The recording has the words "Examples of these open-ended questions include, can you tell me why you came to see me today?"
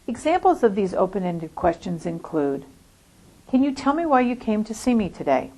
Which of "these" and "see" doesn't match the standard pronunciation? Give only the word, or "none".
none